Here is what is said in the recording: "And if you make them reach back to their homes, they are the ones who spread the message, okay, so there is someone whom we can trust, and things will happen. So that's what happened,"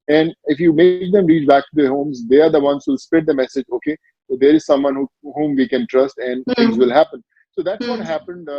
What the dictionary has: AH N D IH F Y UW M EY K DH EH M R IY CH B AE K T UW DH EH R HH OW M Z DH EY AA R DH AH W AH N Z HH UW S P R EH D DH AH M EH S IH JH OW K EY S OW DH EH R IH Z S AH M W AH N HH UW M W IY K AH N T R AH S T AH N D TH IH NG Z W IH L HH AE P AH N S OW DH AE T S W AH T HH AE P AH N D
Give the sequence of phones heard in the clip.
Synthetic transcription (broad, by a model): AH N D IH F Y UW M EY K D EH M R IY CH B AE K T UW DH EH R HH OW M Z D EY AA R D AH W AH N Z HH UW S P EH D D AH M EH S IH JH OW K EY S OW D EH R IH Z S AH M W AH N HH UW M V IY K AH N T R AH S T AH N D T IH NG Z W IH L HH AE P AH N S OW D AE T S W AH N HH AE P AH N D